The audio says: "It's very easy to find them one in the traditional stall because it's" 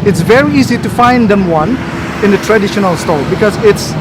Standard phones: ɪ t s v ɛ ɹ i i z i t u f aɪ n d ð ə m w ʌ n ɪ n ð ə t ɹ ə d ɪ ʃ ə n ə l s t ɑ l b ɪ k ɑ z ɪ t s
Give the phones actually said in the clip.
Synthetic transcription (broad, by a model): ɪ t s v ɛ ɹ i i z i t u f aɪ n d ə m w ʌ n ɪ n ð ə t ɹ ə d ɪ ʃ ə n ə l s t ɑ l b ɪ k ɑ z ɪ t s